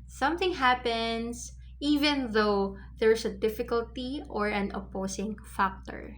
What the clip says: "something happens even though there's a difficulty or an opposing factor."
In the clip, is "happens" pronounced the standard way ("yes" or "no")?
no